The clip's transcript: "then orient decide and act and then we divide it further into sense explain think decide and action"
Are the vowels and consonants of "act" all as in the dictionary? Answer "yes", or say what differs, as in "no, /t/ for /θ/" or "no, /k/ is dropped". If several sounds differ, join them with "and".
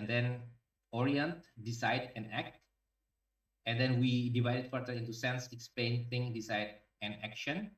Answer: yes